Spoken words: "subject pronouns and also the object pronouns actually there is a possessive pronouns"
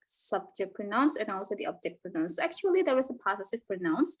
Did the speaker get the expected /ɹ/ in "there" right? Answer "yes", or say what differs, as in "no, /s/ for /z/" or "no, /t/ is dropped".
no, /w/ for /ɹ/